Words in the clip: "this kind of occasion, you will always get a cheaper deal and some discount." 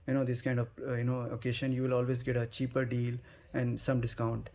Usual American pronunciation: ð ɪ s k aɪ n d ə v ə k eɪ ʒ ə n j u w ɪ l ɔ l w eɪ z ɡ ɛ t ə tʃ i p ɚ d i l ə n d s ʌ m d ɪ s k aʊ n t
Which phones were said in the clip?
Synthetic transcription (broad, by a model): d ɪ s k aɪ n d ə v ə k eɪ ʃ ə n j u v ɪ l ɔ l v eɪ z ɡ ɛ t ə tʃ i p ɚ d i l ə n d s ʌ m d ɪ s k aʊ n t